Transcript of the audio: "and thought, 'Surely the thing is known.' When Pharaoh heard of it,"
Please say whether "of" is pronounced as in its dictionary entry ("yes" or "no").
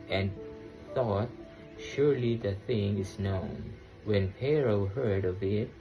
yes